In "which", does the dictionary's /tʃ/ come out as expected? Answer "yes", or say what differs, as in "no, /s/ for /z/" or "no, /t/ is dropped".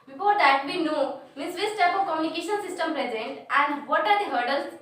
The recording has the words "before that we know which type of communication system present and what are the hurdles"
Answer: no, /s/ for /tʃ/